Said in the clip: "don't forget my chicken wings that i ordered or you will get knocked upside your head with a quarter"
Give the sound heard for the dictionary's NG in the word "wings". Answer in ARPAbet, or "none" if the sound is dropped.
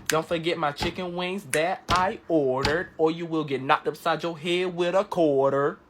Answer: NG